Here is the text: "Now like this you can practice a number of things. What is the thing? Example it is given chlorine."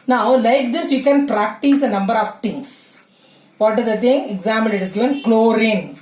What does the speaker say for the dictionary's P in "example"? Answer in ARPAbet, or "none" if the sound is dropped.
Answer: none